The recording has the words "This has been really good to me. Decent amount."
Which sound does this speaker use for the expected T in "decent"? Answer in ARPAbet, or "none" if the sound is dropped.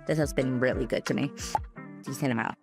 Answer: none